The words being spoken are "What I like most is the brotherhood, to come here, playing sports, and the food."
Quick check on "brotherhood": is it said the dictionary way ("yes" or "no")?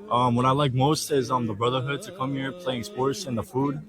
yes